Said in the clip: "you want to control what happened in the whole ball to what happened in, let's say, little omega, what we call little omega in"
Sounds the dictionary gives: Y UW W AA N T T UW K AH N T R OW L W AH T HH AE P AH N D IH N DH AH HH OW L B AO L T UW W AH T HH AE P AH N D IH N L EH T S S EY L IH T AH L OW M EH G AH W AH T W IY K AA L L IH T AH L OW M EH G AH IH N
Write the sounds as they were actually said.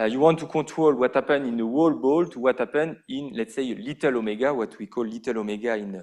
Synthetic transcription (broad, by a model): Y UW W AA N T T UW K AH T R OW L W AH T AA P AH N IH N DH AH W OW L B AO L T UW W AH T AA P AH N IH N L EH T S S EY L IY T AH L OW M EH G AH W AH T W IY K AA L L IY T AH L OW M EH G AH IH N